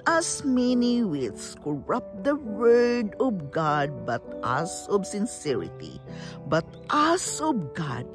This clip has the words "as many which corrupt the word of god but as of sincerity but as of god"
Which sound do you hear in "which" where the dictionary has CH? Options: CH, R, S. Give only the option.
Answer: S